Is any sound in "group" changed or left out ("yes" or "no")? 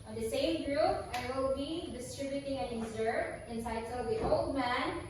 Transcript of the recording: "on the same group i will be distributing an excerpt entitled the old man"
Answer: no